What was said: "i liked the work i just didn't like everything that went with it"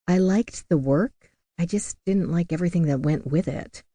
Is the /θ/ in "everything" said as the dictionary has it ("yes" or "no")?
yes